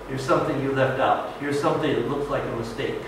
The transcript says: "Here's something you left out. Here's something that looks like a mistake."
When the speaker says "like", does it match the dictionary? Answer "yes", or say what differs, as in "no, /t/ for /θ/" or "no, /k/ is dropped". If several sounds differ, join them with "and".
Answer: yes